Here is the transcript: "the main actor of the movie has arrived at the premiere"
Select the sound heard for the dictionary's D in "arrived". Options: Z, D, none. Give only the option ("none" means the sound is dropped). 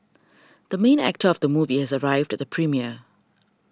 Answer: D